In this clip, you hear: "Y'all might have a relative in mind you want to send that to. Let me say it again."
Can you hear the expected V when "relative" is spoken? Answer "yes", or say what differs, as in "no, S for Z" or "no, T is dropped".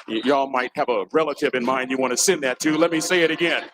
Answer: yes